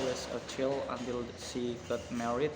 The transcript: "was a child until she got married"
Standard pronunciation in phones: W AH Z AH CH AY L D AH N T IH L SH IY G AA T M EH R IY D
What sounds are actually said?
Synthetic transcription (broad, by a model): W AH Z AH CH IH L AH N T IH L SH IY G AA T M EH R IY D